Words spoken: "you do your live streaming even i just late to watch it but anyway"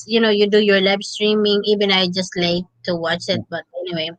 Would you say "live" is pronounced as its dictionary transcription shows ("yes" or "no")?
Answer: no